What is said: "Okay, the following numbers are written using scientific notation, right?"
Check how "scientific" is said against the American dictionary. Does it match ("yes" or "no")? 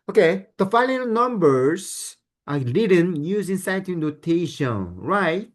no